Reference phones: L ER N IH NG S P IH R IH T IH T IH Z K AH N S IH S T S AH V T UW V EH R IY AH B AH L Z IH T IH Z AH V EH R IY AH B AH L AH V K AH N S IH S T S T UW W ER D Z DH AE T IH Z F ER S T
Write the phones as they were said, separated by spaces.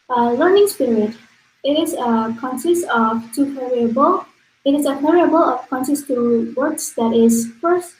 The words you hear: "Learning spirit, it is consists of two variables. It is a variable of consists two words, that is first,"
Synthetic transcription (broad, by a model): L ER N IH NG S P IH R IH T IH T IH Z K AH N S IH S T AH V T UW P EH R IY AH B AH L IH T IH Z AH P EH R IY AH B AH L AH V K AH N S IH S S T UW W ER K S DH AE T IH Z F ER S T